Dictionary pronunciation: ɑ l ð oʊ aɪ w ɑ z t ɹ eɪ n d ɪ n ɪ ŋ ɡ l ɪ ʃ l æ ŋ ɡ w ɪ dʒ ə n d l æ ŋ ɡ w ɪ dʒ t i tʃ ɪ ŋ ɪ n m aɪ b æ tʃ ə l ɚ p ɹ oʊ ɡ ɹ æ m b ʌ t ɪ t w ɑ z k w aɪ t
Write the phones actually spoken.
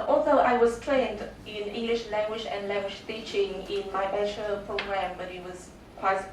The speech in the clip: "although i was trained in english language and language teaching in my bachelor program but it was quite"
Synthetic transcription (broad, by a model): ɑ l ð oʊ aɪ w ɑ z t ɹ eɪ n d ɪ n ɪ ŋ ɡ l ɪ ʃ l æ ŋ ɡ w ɪ dʒ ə n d l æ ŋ ɡ w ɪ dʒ t i tʃ ɪ ŋ ɪ n m aɪ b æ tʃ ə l p ɹ oʊ ɡ ɹ æ m b ʌ t ɪ t w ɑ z k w aɪ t